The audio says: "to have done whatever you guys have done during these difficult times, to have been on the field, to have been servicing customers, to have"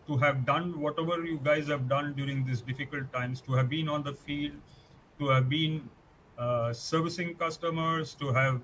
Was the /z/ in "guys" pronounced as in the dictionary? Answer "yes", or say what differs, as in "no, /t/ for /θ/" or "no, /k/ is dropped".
yes